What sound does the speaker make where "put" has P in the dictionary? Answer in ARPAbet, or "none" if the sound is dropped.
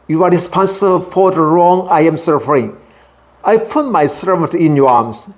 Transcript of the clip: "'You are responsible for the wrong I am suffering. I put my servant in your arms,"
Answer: P